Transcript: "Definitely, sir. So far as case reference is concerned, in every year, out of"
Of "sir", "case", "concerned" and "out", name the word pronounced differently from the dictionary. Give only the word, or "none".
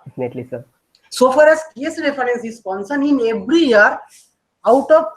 concerned